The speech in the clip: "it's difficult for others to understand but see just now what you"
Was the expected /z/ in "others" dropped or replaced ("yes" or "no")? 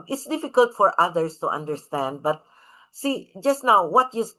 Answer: yes